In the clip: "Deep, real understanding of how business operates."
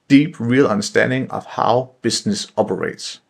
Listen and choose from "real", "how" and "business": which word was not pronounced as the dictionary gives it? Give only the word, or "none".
business